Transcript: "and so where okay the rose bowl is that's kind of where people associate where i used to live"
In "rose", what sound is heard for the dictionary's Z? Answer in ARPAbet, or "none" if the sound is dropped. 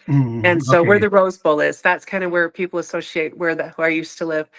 Z